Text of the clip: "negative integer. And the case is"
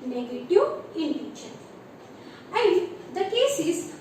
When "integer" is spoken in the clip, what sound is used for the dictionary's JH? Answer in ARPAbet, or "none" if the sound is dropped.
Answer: SH